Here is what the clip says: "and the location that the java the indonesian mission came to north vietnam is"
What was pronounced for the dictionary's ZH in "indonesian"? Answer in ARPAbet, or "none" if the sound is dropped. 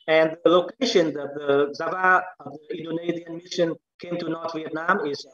Z